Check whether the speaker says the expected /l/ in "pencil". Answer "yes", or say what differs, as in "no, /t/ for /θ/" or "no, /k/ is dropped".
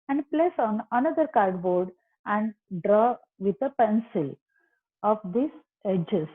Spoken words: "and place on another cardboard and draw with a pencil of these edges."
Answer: yes